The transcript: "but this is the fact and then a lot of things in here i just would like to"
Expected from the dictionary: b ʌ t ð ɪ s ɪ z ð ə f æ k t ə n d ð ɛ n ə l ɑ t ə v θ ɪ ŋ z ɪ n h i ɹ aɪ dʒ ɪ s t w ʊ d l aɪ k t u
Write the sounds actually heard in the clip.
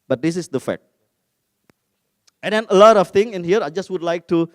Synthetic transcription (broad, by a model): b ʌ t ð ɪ s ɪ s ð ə f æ k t ə n d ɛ n ə l ɑ t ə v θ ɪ ŋ ɪ n h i ɹ aɪ dʒ ɪ s t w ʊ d l aɪ k t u